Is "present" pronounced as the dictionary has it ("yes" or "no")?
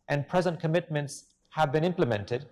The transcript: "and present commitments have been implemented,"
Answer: yes